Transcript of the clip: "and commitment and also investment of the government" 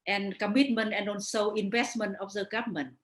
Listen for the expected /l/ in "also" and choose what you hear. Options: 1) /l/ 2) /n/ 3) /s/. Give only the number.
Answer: 2